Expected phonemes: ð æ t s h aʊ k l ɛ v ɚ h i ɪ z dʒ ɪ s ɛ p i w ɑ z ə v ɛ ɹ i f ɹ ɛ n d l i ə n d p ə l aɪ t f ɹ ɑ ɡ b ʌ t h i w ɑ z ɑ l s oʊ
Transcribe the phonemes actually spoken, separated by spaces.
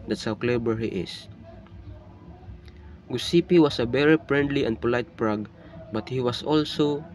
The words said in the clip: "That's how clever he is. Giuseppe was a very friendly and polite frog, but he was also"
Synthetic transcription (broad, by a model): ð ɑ t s h aʊ k l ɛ b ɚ h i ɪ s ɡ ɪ s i p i w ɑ s ə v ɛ ɹ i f ɹ ɛ n d l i ə n d p ə l aɪ t p ɹ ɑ ɡ b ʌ t h i w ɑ s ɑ l s oʊ